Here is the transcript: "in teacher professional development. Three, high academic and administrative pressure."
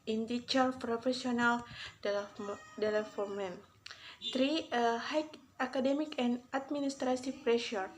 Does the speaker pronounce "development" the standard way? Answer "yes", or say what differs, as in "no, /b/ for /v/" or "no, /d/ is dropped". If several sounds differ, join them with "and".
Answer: no, /p/ is dropped